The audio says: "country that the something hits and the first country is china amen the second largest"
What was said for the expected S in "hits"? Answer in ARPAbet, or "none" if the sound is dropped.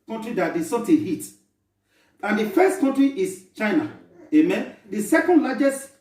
none